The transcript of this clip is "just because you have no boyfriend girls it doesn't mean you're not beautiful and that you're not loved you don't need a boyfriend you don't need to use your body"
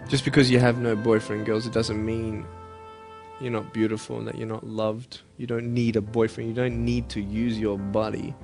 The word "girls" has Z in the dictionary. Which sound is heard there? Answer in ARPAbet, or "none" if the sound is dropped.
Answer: Z